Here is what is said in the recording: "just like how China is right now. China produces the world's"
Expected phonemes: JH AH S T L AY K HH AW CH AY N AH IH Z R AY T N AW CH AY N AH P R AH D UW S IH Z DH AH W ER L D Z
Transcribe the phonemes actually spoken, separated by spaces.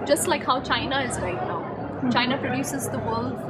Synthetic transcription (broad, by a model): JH AH S T L AY K HH AW CH AY N AH IH Z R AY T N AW CH AY N AH P R AH D UW S IH Z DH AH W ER L D